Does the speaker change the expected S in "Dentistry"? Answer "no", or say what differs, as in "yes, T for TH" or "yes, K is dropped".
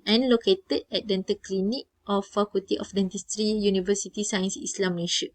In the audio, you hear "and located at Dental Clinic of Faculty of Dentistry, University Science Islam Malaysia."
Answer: no